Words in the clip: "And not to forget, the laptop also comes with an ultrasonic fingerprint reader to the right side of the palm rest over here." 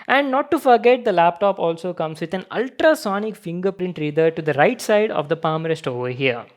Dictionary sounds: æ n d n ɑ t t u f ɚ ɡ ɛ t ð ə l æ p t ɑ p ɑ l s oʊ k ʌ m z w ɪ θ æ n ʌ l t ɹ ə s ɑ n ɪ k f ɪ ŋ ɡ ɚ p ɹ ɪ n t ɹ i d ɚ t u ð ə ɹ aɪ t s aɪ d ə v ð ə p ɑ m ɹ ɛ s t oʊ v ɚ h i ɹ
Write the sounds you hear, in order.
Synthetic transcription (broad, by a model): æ n d n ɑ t t u f ɚ ɡ ɛ t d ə l æ p t ɑ p ɑ l s oʊ k ʌ m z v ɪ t æ n ʌ l t ɹ ə s ɑ n ɪ k f ɪ ŋ ɡ ɚ p ɹ ɪ n t ɹ i d ɚ t u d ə ɹ aɪ t s aɪ d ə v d ə p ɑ m ɹ ɛ s t oʊ v ɚ h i ɹ